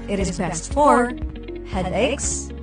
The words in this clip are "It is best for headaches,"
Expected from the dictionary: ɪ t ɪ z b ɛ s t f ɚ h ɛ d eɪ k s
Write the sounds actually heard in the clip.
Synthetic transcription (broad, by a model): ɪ t ɪ z b ɛ s t f ɚ h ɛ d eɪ k s